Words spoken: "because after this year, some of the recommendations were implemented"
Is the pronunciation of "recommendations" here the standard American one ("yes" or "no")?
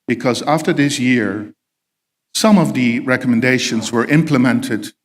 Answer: yes